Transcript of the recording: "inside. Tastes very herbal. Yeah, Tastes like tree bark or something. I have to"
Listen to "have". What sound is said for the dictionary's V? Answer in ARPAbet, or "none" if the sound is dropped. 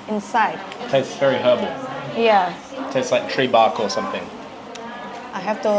F